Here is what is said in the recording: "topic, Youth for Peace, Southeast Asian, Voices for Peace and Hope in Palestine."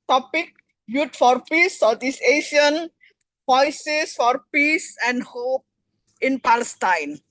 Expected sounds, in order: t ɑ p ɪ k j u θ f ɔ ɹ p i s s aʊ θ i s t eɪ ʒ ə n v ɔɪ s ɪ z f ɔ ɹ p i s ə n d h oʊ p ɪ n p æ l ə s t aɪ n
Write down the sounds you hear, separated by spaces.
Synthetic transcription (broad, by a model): t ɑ p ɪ k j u t f ɔ ɹ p i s s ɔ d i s eɪ ʃ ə n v ɔɪ s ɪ s f ɔ ɹ p i s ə n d h oʊ p ɪ n p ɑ l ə s t aɪ n